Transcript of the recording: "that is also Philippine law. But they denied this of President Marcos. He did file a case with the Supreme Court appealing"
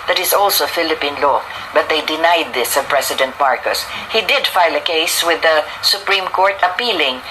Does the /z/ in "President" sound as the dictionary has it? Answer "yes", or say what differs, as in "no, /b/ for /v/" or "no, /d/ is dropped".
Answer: no, /s/ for /z/